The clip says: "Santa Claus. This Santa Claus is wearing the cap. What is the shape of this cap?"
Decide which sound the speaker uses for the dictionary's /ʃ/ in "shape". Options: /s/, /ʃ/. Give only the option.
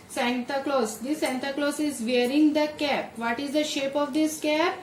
/ʃ/